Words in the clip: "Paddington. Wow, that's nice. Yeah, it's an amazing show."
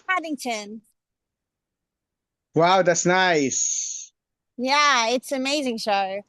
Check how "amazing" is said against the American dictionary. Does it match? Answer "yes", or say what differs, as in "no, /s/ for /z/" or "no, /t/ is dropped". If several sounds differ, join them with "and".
yes